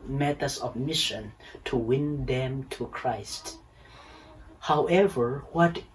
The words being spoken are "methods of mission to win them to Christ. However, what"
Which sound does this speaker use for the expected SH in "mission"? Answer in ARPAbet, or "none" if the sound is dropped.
SH